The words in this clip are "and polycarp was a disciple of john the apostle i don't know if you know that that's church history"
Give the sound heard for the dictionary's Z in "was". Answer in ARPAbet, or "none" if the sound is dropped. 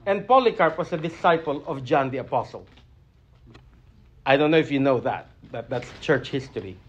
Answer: S